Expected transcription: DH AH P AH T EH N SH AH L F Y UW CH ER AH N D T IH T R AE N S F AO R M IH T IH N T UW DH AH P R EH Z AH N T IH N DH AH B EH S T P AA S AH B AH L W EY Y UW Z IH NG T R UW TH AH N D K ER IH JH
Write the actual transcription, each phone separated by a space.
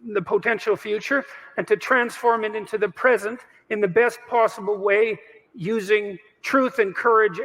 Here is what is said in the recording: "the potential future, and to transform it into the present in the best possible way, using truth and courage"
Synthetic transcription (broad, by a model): DH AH P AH T EH N SH L F Y UW CH ER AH N T IH T R AE N S F AO R M IH T IH N T UW DH AH P R EH Z AH N T IH N DH AH B EH S T P AA S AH B L W EY Y UW Z IH NG T R UW TH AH N K ER IH JH